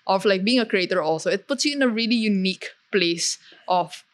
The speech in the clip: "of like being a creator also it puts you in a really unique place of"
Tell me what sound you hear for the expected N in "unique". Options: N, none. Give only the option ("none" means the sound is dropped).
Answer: N